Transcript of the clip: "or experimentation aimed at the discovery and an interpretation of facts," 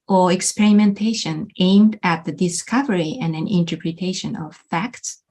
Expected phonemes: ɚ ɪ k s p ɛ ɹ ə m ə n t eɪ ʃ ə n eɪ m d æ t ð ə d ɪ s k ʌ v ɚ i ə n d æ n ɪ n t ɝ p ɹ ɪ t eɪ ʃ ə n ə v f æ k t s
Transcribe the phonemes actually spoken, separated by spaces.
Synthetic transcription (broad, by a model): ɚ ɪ k s p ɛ ɹ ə m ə n t eɪ ʃ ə n eɪ m d æ t ð ə d ɪ s k ʌ v ɚ i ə n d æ n ɪ n t ɝ p ɹ ɪ t eɪ ʃ ə n ə v f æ k t s